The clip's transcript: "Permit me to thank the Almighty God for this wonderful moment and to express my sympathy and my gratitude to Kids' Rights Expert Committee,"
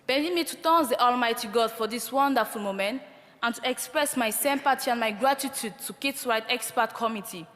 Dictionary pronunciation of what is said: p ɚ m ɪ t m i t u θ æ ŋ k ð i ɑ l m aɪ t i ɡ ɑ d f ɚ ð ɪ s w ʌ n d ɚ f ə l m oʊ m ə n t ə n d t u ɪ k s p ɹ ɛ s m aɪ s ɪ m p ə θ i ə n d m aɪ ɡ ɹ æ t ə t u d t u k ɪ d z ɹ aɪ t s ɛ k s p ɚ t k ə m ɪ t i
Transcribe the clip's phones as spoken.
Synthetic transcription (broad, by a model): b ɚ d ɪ m i t u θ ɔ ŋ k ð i ɑ l m aɪ t i ɡ ɑ d f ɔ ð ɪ s w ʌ n d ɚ f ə l m oʊ m ə n t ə n t u ɪ k s p ɹ ɛ s m aɪ s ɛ m p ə t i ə n m aɪ ɡ ɹ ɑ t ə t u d t u k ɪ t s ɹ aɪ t ɛ k s p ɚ t k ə m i t i